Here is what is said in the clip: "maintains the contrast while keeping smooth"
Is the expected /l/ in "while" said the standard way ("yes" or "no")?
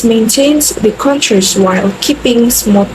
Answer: yes